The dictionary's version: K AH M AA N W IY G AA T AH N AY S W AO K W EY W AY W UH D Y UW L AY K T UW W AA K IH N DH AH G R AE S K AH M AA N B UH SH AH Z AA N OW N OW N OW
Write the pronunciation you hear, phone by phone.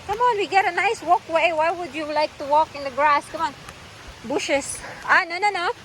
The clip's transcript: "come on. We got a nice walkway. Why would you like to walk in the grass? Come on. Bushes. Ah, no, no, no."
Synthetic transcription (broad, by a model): K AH M AA N W IY G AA T AH N AY S W AO K W EY W AY W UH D Y UW L AY K T UW W AA K IH N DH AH G R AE S K AH M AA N B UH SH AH S AA N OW N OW N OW